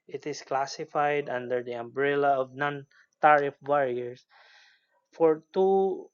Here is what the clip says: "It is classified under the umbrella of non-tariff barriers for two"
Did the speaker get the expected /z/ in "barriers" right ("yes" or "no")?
no